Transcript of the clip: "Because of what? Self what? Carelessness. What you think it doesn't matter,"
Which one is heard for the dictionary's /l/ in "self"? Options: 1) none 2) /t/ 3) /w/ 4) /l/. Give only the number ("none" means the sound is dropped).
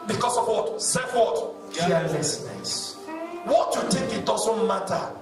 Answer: 1